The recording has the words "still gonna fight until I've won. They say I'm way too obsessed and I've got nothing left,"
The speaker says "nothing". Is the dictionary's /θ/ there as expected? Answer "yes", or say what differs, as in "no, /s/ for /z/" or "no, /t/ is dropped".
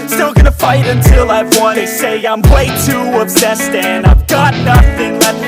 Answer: yes